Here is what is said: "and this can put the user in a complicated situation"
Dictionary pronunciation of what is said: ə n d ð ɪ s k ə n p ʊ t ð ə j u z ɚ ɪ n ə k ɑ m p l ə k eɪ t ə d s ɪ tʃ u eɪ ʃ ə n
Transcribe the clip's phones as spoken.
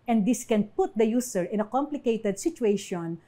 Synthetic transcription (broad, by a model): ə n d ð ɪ s k ə n p ʊ t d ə j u s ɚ ɪ n ə k ɑ m p l ə k eɪ t ə d s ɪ tʃ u eɪ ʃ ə n